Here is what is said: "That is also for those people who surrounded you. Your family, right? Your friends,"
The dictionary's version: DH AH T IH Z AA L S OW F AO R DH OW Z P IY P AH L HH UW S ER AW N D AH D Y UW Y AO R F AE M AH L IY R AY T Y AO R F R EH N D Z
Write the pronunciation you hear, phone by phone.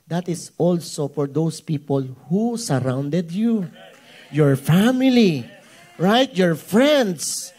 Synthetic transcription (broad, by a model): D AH T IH S AA L S OW F AO R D OW S P IY P AH L HH UW S ER AW N D AH D Y UW Y AO R F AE M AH L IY R AY T Y AO R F R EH N D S